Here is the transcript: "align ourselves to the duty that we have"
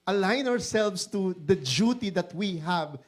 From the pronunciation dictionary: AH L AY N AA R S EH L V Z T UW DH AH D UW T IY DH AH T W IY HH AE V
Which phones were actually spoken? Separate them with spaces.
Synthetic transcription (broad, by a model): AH L AY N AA R S EH L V S T UW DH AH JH UW T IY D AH T W IY HH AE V